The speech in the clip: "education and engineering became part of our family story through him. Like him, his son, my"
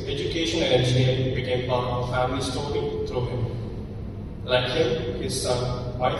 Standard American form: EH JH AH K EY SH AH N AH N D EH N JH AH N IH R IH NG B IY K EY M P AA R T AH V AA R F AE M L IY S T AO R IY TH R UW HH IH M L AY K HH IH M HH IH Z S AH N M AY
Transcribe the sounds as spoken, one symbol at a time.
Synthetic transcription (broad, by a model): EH JH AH K EY SH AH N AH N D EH N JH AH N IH IH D B IY K EY M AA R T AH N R F AE M L IY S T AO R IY T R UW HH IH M L AY K HH IH M HH IH Z S AH N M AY